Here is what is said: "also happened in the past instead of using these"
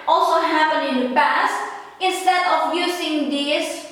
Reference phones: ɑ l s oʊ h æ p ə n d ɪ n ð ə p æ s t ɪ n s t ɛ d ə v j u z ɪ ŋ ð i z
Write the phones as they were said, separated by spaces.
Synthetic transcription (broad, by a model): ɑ l s oʊ h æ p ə n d ɪ n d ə p æ s t ɪ n s t ɛ d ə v j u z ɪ ŋ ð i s